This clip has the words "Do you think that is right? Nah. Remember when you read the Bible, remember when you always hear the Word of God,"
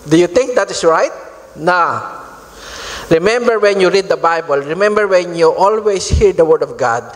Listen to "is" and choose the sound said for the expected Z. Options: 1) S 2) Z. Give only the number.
1